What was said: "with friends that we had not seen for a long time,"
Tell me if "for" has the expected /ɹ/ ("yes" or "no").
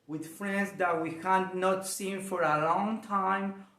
yes